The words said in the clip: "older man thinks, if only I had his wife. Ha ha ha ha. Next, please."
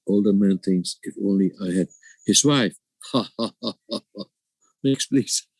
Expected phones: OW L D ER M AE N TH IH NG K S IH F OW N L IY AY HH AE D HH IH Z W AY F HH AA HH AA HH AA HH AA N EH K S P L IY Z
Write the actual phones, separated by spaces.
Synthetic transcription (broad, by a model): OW L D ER M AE N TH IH NG S IH F OW N L IY AY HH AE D HH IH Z W AY F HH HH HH HH AA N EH K S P L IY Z